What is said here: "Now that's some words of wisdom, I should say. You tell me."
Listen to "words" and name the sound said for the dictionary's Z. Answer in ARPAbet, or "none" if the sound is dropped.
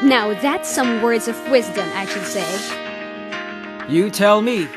Z